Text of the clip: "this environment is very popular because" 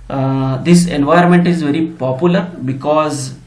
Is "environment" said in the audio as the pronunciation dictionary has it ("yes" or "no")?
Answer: no